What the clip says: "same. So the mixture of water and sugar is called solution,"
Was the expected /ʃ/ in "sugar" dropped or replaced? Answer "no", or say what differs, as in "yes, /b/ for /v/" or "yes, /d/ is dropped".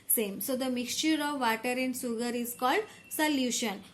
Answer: yes, /s/ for /ʃ/